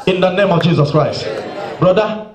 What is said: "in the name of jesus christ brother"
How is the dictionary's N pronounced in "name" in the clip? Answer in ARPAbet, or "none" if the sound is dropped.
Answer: N